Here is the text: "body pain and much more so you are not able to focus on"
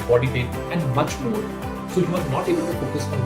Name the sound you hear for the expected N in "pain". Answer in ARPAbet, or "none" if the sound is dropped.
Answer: none